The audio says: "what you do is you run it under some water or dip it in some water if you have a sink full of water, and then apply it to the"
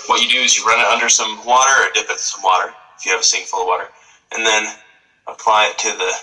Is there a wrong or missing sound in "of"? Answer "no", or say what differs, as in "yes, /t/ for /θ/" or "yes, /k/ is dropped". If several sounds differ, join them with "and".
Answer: no